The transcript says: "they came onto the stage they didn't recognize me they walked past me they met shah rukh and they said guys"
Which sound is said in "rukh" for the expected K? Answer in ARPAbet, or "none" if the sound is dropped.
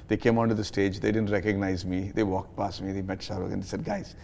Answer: none